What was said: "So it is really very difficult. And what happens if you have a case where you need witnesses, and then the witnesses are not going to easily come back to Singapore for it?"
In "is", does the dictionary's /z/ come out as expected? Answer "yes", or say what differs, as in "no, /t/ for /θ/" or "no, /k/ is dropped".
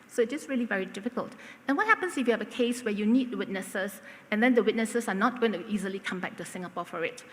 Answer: no, /s/ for /z/